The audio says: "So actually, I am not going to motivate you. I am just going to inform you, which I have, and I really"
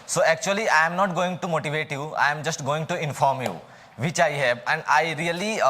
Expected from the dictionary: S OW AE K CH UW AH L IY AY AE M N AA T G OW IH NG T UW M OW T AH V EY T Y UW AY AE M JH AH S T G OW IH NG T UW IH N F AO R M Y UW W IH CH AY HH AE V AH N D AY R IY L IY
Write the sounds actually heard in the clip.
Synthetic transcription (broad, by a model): S OW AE K CH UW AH L IY AY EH M N AA T G OW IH NG T UW M OW T AH V EY T Y UW AY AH M JH AH S T G OW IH NG T UW IH N F AO R M Y UW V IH CH AY HH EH B AH N D AY R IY L IY